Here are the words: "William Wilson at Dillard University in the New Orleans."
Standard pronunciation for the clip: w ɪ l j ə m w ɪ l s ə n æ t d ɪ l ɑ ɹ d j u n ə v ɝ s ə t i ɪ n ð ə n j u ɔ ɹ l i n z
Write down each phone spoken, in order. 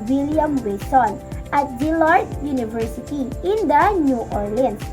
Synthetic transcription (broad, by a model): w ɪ l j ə m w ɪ s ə n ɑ t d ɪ l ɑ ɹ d j u n ə v ɝ s ə t i ɪ n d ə n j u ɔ ɹ l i n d